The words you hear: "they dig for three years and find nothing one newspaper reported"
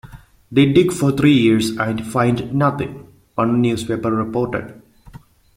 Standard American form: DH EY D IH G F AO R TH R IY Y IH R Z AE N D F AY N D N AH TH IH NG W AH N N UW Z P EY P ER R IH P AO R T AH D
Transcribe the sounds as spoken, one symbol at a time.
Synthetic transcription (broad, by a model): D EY D IH G F AO R T R IY Y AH R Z AE N D F AY N D N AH T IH NG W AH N N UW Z P EY P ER R IH P AO R T AH D